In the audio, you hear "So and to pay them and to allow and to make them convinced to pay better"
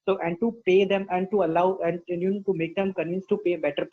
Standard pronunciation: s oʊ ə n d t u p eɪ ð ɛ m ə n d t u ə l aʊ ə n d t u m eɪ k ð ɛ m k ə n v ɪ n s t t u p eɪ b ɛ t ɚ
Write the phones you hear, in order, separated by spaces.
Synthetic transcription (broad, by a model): s oʊ ə n d t u p eɪ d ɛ m ə n d t u ə l aʊ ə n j t u m eɪ k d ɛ m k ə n ɪ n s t t u p eɪ b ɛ t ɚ